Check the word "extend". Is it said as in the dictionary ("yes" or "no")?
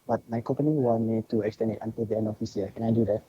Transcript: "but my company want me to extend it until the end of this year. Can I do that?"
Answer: no